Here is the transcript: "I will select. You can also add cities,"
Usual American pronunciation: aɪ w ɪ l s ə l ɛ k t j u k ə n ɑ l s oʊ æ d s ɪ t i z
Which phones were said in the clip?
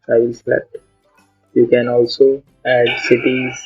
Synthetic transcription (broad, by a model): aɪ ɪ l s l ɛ t j u k ə n ɑ l s oʊ æ d s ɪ t i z